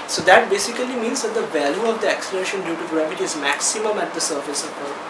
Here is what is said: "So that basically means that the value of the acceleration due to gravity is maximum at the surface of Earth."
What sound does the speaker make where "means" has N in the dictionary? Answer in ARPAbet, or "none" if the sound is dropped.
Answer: N